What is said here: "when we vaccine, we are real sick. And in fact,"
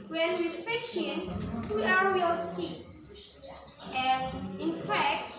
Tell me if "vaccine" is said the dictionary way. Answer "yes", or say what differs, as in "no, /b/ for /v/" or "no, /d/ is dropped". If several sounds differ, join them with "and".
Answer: no, /f/ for /v/ and /ʃ/ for /s/